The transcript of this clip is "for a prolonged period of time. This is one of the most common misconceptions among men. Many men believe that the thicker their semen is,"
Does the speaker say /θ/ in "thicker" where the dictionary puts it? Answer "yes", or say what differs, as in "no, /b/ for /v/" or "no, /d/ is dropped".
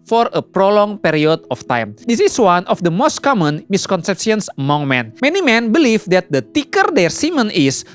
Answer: no, /t/ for /θ/